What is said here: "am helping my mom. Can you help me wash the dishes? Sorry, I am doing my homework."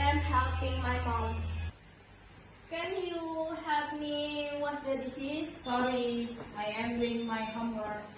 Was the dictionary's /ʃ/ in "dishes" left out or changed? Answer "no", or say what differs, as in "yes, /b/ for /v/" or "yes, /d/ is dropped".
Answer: yes, /s/ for /ʃ/